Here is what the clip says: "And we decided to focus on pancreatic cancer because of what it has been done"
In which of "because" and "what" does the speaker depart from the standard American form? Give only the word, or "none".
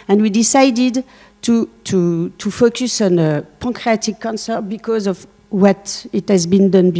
none